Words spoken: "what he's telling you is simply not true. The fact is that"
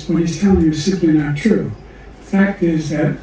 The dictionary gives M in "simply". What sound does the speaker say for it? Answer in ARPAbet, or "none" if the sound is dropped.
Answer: none